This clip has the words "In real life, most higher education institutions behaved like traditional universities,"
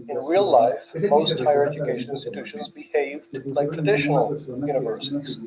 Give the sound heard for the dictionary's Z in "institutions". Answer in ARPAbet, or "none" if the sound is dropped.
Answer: Z